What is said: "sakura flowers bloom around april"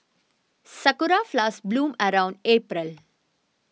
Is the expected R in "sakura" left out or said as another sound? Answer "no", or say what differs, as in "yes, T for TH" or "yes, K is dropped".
no